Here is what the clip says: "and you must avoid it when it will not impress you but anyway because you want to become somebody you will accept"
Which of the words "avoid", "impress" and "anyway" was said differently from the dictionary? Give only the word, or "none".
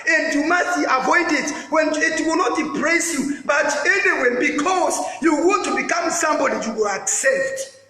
impress